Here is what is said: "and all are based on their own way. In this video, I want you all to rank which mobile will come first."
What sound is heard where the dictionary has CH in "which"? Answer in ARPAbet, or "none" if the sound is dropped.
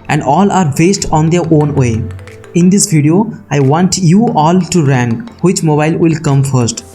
CH